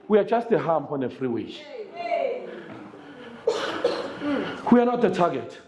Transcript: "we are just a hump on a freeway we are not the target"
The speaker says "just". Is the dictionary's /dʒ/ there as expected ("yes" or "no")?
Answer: yes